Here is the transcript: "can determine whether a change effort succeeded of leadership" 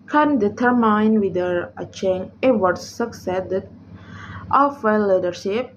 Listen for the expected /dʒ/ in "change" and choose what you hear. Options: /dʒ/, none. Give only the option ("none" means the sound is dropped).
none